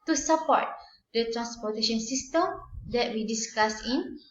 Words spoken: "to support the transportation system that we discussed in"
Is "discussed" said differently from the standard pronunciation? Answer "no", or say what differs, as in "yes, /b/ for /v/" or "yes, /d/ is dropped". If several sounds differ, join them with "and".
yes, /t/ is dropped